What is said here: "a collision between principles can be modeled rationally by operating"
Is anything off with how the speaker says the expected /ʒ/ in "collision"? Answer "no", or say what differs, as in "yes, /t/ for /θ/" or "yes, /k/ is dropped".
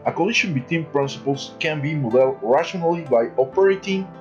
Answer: yes, /ʃ/ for /ʒ/